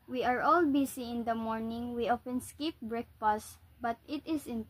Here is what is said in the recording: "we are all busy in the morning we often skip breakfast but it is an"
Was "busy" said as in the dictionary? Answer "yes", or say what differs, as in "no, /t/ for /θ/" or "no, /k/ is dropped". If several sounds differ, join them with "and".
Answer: no, /s/ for /z/